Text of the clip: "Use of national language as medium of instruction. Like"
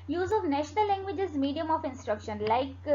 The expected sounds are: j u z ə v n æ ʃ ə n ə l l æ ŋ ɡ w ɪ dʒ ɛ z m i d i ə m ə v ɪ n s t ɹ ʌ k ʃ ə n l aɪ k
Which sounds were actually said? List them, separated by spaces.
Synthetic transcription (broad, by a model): j u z ə v n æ ʃ ə n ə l l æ ŋ ɡ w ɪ dʒ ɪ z m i d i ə m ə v ɪ n s t ɹ ʌ k ʃ ə n l aɪ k